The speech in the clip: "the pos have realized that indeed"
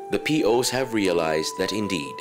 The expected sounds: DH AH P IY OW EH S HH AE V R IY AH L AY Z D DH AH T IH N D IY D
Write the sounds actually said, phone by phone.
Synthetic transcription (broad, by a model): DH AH P IY OW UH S HH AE V R IY AH L AY Z D DH AH T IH N D IY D